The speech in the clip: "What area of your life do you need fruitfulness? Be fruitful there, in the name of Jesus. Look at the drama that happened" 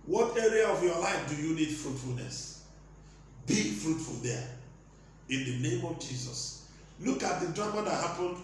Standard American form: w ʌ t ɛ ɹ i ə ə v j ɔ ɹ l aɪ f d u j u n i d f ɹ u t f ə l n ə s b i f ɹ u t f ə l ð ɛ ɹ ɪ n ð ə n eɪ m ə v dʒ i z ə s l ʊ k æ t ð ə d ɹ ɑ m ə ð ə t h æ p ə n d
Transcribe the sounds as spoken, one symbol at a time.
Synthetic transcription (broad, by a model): w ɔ t ɛ ɹ i ə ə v j ɔ l aɪ f d u j u n i d f ɹ u t f ə l n ə s b i f ɹ u t f ə l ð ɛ ɪ n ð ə n eɪ m ə v dʒ i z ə s l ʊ k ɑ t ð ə d ɹ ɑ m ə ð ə t h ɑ p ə n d